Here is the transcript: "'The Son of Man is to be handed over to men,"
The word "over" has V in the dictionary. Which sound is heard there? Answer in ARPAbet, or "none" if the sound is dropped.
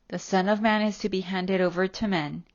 V